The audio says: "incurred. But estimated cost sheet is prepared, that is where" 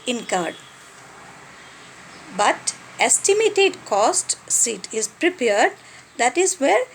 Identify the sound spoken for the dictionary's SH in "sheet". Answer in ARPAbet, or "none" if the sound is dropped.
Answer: S